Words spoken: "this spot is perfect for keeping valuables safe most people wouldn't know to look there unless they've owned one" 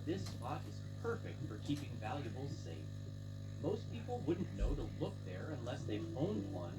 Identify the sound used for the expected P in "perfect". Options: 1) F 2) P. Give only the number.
2